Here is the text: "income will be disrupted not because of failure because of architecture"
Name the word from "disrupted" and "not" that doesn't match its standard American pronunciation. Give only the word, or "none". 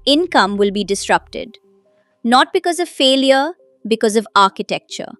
none